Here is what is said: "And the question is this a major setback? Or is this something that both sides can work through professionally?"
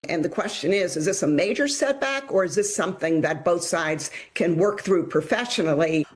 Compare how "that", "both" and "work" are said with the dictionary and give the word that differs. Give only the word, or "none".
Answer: none